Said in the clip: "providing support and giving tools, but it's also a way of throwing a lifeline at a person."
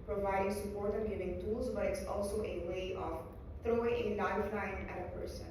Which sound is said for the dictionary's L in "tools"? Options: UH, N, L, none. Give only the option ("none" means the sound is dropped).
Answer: L